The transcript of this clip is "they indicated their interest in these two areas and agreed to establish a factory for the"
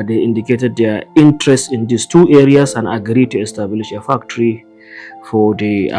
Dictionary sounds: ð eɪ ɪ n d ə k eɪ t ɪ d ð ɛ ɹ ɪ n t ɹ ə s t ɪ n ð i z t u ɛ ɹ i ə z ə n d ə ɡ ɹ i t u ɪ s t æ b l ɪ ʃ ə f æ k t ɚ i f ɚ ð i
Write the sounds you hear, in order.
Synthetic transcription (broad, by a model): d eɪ ɪ n d ə k eɪ t ɪ d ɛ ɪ n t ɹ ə s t ɪ n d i s t u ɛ ɹ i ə s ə n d ə ɡ ɹ i t u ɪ s t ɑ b l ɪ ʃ ə f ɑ k t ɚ i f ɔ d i